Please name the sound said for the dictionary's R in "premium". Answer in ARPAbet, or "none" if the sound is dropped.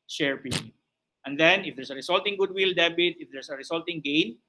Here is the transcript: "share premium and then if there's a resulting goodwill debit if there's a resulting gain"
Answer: none